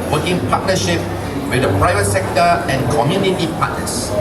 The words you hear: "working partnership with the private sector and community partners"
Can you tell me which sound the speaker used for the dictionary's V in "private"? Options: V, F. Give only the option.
V